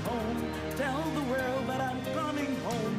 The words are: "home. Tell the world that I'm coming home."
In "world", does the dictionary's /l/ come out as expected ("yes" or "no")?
yes